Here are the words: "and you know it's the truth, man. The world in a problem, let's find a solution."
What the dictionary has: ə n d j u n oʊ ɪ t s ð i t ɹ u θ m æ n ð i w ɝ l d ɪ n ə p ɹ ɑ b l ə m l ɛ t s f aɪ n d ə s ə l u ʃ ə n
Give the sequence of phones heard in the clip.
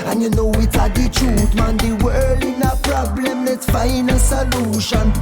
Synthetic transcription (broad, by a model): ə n j u n oʊ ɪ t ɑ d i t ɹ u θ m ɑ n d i w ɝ l ɪ n ə p ɹ ɑ b l ə m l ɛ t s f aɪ n ə s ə l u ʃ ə n